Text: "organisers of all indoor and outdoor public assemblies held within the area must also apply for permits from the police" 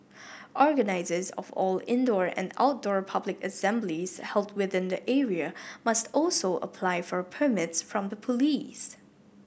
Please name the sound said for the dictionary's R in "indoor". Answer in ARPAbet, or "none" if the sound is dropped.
R